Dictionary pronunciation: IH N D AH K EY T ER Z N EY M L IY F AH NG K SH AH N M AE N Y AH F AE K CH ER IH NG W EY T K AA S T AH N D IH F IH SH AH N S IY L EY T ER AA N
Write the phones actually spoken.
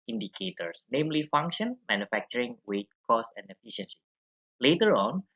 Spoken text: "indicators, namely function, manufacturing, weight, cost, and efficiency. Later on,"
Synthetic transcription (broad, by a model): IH N D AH K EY T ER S N EY M L IY F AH NG K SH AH N M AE N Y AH F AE K CH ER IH NG W EY T K AA S AH N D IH F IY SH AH N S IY L EY T ER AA N